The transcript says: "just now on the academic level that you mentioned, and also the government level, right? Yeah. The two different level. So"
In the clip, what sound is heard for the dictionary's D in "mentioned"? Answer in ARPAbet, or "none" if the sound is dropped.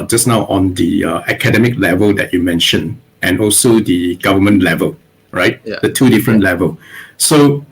none